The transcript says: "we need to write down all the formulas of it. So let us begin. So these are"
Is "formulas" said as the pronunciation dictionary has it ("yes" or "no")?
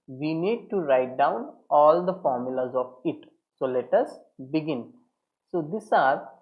yes